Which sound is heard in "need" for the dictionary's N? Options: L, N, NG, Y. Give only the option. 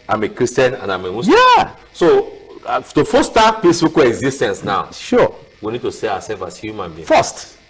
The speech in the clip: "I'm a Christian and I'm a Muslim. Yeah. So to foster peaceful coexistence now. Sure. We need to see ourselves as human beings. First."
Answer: N